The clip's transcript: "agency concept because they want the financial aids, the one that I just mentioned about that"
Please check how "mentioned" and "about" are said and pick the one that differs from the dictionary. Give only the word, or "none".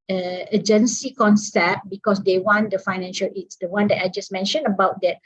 mentioned